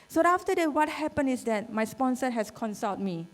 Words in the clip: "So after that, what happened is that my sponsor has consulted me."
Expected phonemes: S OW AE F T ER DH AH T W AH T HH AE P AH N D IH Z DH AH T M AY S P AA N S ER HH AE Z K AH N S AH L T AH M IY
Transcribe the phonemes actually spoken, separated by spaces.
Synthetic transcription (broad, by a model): S OW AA F T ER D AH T W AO T HH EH P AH N IH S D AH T M AY S P AA N S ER HH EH S K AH N S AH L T M IY